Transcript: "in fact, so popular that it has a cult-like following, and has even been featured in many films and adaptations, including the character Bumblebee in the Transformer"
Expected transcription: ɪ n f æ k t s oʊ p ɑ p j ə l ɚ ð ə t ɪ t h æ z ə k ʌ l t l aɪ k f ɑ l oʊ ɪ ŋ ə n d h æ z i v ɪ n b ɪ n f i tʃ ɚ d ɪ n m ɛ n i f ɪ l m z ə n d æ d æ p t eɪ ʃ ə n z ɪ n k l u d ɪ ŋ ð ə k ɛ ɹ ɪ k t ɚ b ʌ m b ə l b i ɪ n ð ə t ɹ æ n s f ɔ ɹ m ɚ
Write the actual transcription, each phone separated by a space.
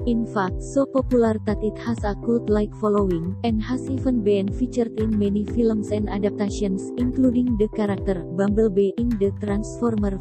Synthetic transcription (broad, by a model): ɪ n f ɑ k t s oʊ p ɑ p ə l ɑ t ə t ɪ t h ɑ s ə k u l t l aɪ k f ɑ l oʊ ɪ ŋ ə n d h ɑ s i f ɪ n b ɪ n f i tʃ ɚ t ɪ n m ɛ n i f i l m s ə n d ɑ d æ p t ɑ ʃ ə n s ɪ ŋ k l u d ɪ ŋ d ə k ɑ ɹ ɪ k t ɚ b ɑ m b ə l b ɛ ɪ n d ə t ɹ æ n s f ɔ ɹ m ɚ